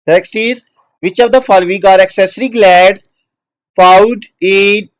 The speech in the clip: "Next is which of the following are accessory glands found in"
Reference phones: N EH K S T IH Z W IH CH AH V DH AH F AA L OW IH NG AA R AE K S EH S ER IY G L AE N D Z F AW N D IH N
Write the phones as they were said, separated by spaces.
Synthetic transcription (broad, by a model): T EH K S T IH Z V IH CH AH V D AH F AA L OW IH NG AA R AE K S EH S ER IY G L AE D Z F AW N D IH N